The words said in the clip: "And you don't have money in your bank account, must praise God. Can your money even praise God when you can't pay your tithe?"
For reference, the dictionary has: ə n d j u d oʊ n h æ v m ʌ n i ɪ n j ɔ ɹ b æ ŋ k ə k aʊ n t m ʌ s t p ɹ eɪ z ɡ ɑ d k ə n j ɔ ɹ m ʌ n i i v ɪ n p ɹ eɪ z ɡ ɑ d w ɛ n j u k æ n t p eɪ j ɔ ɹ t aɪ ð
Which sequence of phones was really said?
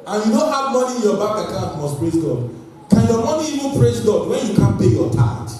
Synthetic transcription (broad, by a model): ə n j u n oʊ h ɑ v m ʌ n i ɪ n j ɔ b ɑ k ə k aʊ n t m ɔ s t p ɹ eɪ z ɡ ɑ d k ə n j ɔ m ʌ n i i v ɪ n p ɹ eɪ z ɡ ɑ d w ɛ n j u k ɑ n p eɪ j ɔ t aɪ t